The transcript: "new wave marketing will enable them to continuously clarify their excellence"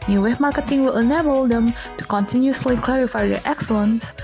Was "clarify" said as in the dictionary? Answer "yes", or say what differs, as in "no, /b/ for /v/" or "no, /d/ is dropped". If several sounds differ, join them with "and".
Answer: yes